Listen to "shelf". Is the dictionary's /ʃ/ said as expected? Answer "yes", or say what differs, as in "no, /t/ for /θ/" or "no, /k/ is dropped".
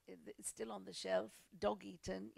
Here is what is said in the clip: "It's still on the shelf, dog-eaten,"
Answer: yes